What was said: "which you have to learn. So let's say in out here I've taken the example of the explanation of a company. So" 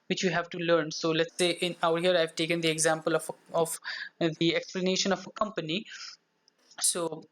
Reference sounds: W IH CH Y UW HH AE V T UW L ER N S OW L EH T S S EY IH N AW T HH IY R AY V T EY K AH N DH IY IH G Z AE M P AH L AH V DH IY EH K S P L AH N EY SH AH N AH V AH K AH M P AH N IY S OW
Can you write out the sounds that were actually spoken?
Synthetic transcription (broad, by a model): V IH CH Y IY HH AE V T UW L ER N S OW L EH T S S EY IH N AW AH HH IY R AY V T EY K AH N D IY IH G Z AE M P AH L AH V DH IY EH K S P L AH N EY SH AH N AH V AH K AH M P AH N IY S OW